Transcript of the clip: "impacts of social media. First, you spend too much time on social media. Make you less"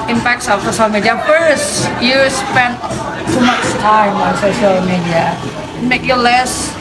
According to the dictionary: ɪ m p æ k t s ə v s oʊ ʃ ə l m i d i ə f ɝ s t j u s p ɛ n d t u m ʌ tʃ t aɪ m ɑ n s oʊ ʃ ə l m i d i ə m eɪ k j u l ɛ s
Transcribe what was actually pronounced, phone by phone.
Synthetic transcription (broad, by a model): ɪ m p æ k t s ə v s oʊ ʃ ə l m i d i ə f ɝ s t j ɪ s p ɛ n t u m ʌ s t aɪ m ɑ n s oʊ ʃ ə l m i d i ə m eɪ k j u l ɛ s